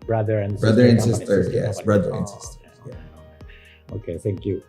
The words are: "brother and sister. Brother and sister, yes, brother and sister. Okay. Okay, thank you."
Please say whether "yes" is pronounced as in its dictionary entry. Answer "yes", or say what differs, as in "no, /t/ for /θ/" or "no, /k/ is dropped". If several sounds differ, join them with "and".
yes